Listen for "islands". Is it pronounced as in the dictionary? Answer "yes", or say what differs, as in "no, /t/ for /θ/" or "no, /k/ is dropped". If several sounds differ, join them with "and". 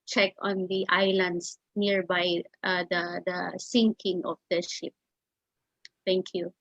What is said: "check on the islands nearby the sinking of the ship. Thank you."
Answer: no, /s/ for /z/